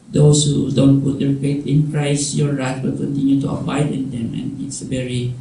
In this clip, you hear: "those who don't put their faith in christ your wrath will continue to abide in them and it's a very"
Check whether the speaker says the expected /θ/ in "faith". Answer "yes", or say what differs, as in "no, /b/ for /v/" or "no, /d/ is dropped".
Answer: no, /t/ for /θ/